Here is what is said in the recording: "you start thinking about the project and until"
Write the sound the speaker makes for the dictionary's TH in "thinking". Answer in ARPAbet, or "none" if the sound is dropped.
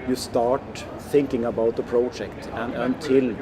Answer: TH